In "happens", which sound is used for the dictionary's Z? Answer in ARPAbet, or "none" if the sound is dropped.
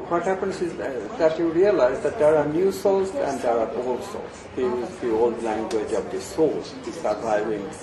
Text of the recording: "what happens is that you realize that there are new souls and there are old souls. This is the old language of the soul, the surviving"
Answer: S